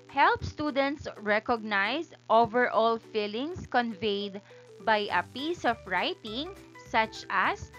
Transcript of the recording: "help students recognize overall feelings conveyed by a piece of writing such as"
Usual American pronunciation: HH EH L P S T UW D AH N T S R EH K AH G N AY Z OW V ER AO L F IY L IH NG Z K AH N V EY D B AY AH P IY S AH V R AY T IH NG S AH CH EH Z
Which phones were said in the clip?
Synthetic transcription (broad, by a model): HH EH L P S T UW D AH N T S R EH K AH G N AY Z OW V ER AO L F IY L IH NG S K AH N V EY D B AY AH P IY S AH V R AY T IH NG S AH CH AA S